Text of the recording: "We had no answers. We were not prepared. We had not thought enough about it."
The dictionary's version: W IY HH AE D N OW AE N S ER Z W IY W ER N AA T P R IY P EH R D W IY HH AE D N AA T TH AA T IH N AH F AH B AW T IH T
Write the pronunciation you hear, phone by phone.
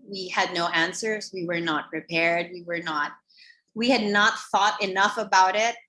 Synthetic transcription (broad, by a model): W IY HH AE D N OW AE N S ER Z W IY W ER N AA T P R IY P EH R D W IY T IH D N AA T TH AA T IH N AH F AH B AW T IH T